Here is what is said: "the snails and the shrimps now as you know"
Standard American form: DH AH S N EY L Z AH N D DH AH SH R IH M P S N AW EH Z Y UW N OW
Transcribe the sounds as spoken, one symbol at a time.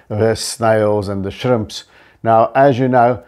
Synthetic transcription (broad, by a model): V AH S N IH L Z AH N DH AH SH R IH M P S N AW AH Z Y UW N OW